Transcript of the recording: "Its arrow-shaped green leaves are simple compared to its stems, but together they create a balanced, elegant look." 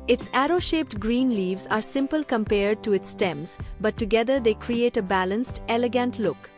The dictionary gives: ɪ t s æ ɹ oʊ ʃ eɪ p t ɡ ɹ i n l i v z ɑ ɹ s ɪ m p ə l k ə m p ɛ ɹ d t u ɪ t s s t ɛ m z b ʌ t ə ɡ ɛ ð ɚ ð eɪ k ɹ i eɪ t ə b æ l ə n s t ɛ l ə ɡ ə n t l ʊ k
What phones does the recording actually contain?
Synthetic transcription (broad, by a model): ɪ t s æ ɹ oʊ ʃ eɪ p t ɡ ɹ i n l i v z ɑ ɹ s ɪ m p ə l k ə m p ɛ ɹ d t u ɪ t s s t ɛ m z b ʌ t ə ɡ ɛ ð ɚ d eɪ k ɹ i eɪ t ə b æ l ə n s t ɛ l ə ɡ ə n t l ʊ k